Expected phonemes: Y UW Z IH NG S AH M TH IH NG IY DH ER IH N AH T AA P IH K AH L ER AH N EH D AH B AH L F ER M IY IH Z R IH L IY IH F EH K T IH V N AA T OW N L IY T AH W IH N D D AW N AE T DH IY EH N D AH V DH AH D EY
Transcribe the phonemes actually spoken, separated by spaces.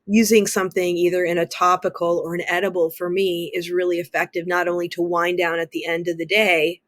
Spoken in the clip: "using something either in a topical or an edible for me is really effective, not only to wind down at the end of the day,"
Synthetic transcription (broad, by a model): Y UW Z IH NG S AH M TH IH NG IY DH ER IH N AH T AA P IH K L ER AH N EH D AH B L F ER M IY IH Z R IH L IY IH F EH K T IH V N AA T OW N L IY T AH W IH N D D AW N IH T DH IY EH N D AH V DH AH D EY